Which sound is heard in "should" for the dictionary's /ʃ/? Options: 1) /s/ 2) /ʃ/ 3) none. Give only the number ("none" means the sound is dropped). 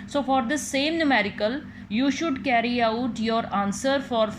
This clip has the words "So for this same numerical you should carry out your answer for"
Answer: 2